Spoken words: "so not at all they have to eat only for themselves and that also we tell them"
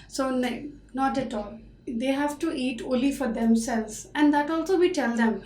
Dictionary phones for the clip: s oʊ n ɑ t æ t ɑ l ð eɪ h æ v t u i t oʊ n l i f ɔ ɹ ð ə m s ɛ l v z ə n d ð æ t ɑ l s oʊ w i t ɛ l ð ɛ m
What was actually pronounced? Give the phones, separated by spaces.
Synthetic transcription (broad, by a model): s oʊ n ɑ t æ t ɑ l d eɪ h æ v t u i t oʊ l i f ɔ ɹ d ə m s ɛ l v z ə n d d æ t ɑ l s oʊ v i t ɛ l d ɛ m